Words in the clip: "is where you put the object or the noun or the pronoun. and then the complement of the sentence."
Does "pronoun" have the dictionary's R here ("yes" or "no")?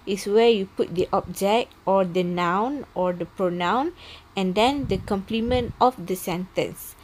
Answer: yes